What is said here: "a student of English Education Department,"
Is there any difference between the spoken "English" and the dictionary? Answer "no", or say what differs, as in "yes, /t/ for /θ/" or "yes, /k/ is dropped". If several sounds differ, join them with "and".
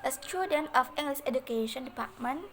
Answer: yes, /s/ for /ʃ/